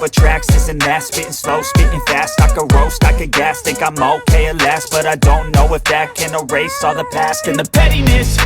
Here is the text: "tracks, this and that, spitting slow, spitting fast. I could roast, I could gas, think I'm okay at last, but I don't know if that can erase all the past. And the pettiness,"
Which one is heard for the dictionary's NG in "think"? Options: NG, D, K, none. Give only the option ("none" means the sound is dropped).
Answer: none